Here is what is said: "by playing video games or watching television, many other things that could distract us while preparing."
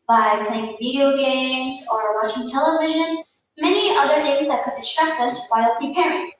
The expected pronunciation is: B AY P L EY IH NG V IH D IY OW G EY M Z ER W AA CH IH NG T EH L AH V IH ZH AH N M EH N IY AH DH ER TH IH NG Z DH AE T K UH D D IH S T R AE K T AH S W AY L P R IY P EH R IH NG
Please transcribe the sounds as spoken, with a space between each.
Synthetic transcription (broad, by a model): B AY P L EY IH NG V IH D IY OW G EY M Z ER W AA CH IH NG T EH L AH V IH ZH AH N M EH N IY AH DH ER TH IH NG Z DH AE T K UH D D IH S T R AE K T AH S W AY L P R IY P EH R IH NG